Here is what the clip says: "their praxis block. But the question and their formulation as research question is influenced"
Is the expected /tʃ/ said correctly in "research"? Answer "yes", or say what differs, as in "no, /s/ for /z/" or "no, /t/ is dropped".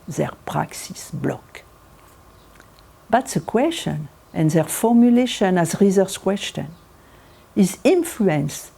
no, /s/ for /tʃ/